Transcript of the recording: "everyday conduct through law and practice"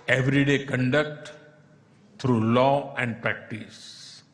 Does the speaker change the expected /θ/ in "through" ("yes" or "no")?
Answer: yes